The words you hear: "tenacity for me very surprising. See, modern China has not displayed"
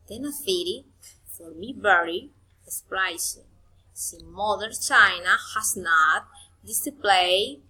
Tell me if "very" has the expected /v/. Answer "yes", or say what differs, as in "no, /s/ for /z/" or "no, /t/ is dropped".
no, /b/ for /v/